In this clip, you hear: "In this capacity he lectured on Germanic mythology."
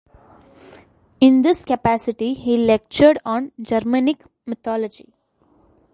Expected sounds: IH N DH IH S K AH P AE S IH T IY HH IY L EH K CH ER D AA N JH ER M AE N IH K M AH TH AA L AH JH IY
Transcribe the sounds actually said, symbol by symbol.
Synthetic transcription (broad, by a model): IH N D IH S K AH P AE S IH T IY HH IY L EH K CH ER D AA N JH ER M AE N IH K M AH T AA L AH JH IY